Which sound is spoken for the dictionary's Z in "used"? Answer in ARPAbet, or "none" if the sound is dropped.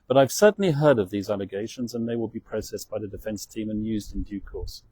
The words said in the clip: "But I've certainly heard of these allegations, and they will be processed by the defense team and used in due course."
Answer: Z